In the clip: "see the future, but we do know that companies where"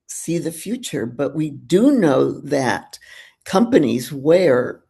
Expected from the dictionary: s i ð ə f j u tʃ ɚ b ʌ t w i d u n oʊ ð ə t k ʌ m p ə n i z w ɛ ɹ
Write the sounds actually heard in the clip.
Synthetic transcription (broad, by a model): s i ð ə f j u tʃ ɚ b ʌ t w i d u n oʊ ð ə t k ʌ m p ə n i z w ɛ ɹ